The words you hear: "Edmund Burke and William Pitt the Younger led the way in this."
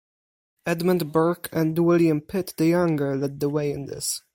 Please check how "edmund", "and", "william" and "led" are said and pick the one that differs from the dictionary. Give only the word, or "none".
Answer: none